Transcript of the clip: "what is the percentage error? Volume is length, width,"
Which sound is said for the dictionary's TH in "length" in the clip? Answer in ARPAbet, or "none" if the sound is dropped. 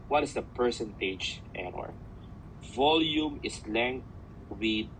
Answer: T